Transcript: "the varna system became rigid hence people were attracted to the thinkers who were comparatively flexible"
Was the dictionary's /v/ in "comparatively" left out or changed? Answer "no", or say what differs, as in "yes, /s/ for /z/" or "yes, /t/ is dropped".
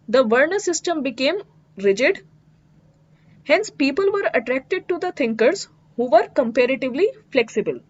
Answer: no